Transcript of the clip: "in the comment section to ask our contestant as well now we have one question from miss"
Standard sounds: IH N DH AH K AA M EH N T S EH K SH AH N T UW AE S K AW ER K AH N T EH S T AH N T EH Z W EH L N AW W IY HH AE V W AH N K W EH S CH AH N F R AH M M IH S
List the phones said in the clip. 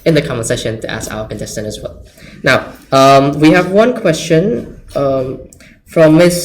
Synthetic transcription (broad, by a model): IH N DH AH K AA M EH S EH SH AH N T UW AE S K AW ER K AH N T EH S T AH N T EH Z W EH L N AW W IY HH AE V W AH N K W EH S CH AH N F R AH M M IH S